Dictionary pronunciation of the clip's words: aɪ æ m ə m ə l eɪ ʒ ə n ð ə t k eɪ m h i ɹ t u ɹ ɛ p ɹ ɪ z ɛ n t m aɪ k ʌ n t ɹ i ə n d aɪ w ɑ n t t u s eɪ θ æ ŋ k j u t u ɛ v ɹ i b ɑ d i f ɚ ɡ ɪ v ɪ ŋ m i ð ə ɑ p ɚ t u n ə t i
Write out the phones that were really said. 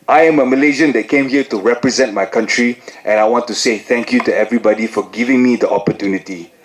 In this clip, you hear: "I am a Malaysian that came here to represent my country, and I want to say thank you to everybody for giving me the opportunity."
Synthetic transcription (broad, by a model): aɪ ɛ m ə m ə l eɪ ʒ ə n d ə t k eɪ m h i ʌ t u ɹ ɛ p ɹ ɪ z ɛ n t m aɪ k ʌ n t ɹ i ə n aɪ w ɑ n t t u s eɪ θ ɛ ŋ k j u t u ɛ v ɹ i b ɑ d i f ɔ ɡ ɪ v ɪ ŋ m i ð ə ɑ p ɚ t u n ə t i